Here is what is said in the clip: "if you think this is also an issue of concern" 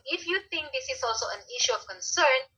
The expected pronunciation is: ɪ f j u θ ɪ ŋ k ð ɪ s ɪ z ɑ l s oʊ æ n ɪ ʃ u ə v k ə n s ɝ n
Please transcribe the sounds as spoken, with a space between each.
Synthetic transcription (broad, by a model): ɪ f j u θ ɪ ŋ k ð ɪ s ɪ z ɑ l s oʊ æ n ɪ ʃ u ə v k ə n s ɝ n